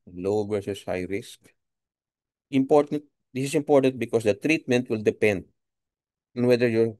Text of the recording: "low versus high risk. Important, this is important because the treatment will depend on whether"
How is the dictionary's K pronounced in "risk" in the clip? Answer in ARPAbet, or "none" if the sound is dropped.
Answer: K